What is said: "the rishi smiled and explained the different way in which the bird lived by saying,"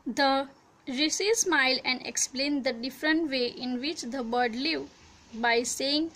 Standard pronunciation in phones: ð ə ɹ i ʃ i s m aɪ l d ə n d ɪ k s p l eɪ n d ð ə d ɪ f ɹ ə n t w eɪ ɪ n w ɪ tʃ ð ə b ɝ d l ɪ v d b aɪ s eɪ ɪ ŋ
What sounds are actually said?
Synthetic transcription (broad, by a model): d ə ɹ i s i s m aɪ l ə n d ɪ k s p l eɪ n d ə d ɪ f ɹ ə n t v eɪ ɪ n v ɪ tʃ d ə b ɝ d l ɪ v b aɪ s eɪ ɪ ŋ